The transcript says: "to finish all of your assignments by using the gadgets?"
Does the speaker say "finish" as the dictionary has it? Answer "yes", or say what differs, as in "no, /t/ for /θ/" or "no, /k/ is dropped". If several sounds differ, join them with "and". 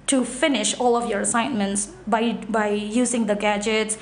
yes